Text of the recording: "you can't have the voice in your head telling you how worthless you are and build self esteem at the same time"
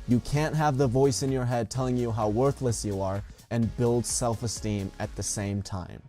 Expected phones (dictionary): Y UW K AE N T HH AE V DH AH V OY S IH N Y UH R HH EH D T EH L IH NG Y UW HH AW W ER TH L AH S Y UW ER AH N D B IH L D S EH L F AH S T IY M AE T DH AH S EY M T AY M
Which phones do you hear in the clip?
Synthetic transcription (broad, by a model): Y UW K AE N T HH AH V DH AH V OY S IH N Y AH R HH EH D T EH L IH NG Y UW HH AW W ER TH L AH S Y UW ER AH N B IH L D S EH L F AH S T IY M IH T DH AH S EY M T AY M